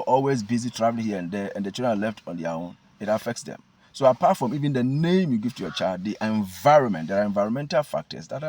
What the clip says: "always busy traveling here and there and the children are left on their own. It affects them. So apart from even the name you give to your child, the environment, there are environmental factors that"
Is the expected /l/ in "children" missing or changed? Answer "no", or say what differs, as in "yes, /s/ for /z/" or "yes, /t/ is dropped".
yes, /l/ is dropped